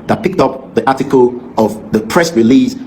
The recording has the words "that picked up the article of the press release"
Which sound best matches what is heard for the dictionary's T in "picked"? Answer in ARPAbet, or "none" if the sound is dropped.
T